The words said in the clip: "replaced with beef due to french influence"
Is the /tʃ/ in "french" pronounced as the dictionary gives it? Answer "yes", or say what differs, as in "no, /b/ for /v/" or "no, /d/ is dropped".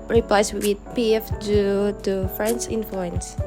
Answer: no, /s/ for /tʃ/